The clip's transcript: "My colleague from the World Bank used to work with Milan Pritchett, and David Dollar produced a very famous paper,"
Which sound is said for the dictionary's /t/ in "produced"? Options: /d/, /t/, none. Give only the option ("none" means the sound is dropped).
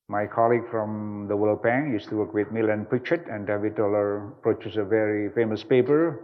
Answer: none